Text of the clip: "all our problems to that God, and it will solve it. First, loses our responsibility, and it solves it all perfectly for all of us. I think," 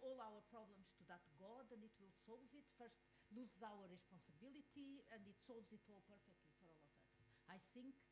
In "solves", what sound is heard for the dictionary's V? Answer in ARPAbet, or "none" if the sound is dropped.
V